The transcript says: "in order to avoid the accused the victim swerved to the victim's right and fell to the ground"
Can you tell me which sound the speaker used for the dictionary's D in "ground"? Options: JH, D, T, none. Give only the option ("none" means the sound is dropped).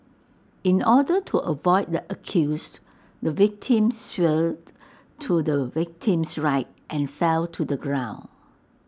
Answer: none